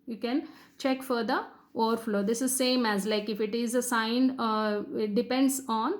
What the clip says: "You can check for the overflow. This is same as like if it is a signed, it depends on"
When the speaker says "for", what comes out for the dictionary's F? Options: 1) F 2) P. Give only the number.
1